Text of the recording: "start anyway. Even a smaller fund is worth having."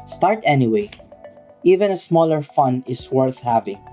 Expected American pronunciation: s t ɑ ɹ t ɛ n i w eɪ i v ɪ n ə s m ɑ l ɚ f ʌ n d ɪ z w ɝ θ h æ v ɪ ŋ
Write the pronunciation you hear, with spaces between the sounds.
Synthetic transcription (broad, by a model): s t ɑ ɹ t ɛ n i w eɪ i v ɪ n ə s m ɑ l ɚ f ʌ n ɪ s w ɝ θ h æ v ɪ ŋ